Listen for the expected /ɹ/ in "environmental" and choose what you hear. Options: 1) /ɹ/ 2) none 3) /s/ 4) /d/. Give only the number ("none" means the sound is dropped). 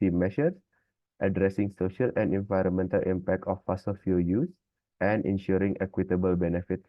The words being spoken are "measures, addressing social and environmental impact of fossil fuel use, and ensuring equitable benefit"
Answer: 1